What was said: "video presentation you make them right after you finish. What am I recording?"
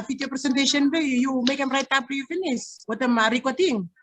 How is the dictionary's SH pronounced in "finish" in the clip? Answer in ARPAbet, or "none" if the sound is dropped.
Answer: S